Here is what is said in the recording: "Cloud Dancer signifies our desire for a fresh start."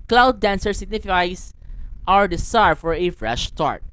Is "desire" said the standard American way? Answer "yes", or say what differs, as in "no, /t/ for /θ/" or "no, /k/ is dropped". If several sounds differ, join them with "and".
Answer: no, /s/ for /z/